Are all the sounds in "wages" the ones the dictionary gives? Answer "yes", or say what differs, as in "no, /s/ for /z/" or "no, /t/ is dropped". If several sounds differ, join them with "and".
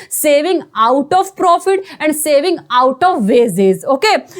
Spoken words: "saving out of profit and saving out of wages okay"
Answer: no, /z/ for /dʒ/